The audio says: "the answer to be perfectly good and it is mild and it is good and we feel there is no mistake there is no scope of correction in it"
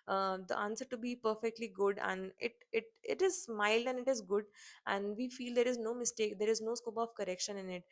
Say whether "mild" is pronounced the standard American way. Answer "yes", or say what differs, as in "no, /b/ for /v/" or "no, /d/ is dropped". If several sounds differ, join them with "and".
yes